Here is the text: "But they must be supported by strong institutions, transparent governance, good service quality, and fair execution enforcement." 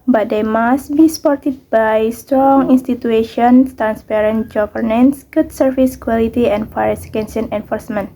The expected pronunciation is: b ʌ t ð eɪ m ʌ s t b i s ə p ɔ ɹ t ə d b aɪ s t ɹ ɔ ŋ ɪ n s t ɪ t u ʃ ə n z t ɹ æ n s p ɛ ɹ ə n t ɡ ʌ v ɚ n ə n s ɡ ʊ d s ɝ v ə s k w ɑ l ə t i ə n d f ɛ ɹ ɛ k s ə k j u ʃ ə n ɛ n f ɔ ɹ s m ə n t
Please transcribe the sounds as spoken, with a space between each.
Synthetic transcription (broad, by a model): b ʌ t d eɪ m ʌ s t b i s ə p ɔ ɹ t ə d b aɪ s t ɹ ɔ ŋ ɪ n s t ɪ t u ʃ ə n s t ɹ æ n s p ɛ ɹ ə n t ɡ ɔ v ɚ n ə n s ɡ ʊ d s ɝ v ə s k w ɑ l ə t i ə n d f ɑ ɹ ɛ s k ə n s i ə n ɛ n f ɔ ɹ s m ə n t